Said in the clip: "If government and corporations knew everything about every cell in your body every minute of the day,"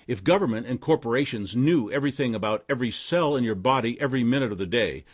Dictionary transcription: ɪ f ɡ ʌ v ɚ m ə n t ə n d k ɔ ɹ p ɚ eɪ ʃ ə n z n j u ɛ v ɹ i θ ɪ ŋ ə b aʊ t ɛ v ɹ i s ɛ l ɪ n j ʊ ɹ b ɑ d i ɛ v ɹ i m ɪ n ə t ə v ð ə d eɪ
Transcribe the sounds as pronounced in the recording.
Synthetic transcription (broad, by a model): ɪ f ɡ ʌ v ɚ m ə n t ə n k ɔ ɹ p ɚ eɪ ʃ ə n z n j u ɛ v ɹ i θ ɪ ŋ ə b aʊ t ɛ v ɹ i s ɛ l ɪ n j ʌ ɹ b ɑ d i ɛ v ɹ i m ɪ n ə t ə v ð ə d eɪ